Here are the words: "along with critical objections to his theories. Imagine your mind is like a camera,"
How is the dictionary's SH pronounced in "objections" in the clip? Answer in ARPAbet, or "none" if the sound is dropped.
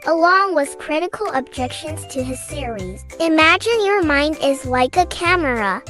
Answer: SH